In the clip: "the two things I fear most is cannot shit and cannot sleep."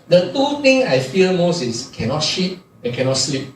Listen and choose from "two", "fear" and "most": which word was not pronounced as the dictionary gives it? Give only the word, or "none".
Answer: fear